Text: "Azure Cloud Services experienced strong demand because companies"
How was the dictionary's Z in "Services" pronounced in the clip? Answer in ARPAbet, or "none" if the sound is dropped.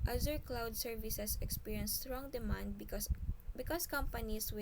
S